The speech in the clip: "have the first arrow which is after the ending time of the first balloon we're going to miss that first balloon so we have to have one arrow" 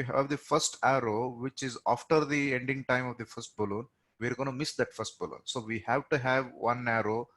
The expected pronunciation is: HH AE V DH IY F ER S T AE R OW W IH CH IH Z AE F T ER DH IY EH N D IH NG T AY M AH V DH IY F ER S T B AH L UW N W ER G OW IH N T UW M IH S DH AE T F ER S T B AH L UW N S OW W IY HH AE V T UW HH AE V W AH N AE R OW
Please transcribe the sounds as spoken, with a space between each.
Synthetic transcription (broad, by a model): HH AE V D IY F ER S T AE R OW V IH CH IH Z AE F T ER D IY EH N D IH NG T AY M AH V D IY F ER S T B AH L UW N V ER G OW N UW M IH S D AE T F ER S T B AH L UW N S OW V IY HH AE V T UW HH AE V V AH N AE R OW